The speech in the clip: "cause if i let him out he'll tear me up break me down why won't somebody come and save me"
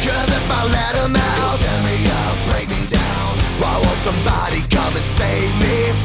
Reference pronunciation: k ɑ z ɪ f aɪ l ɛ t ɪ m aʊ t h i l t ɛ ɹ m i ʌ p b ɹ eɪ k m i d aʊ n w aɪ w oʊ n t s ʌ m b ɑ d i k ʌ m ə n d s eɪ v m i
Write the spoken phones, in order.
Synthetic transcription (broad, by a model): k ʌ z ɪ f aɪ l ɛ t ɪ m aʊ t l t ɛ m i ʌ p b ɹ eɪ k m i d aʊ n w aɪ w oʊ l s ʌ m b ɑ d i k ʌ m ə s eɪ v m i